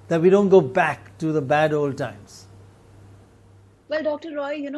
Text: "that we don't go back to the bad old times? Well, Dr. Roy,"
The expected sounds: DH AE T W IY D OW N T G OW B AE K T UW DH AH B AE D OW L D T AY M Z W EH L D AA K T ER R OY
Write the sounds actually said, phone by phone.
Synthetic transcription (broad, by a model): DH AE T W IY D OW N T G OW B AE K T UW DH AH B AE D OW L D T AY M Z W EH L D AA K T ER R OY